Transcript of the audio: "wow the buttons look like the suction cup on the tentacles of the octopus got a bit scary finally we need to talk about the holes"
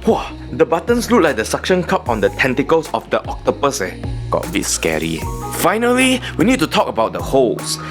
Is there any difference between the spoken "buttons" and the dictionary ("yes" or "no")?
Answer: yes